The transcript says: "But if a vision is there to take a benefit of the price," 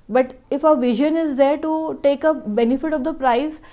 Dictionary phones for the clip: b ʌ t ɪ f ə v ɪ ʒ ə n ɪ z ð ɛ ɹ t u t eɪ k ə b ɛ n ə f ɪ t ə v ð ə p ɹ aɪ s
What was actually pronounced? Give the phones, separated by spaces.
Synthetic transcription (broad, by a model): b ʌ t ɪ f ə v ɪ ʒ ə n ɪ z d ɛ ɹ t u t eɪ k ə b ɛ n ə f ɪ t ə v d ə p ɹ aɪ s